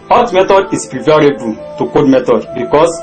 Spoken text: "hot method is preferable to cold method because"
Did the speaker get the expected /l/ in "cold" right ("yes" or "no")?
no